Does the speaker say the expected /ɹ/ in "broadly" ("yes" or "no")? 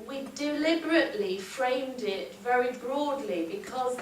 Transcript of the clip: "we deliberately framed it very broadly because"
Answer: yes